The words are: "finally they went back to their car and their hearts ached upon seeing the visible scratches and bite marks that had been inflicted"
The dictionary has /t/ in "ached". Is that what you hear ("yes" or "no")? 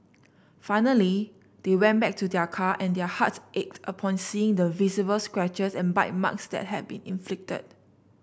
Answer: yes